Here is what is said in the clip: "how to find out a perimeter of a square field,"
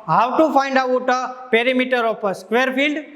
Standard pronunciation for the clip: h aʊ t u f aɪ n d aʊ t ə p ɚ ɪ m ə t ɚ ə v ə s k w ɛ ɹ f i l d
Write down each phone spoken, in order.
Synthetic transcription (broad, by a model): h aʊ t u f aɪ n d aʊ t ə p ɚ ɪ m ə t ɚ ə p ə s k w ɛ ɹ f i l d